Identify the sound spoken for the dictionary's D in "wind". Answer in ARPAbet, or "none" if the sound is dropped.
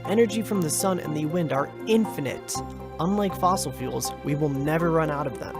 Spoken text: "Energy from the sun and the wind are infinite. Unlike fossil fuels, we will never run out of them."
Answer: D